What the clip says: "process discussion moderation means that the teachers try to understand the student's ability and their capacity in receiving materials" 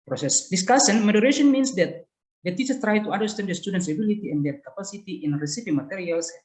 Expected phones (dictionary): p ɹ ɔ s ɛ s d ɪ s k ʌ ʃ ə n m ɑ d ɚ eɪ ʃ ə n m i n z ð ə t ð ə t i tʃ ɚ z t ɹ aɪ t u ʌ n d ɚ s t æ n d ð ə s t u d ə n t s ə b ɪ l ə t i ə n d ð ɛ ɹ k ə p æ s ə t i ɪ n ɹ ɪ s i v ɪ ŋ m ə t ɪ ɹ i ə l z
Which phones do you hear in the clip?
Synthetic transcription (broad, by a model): p ɹ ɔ s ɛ s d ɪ s k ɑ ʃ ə n m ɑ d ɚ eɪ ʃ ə n m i n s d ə t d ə t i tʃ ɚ s t ɹ aɪ t u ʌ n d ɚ s t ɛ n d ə s t u d ə n t s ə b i l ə t i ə n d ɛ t k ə p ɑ s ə t i ɪ n ɹ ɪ s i p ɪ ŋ m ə t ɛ ɹ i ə l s